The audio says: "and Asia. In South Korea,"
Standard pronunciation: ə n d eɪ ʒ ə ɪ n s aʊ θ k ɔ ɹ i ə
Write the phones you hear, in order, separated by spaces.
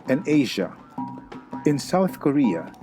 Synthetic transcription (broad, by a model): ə n eɪ ʒ ə ɪ n s aʊ θ k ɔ ɹ i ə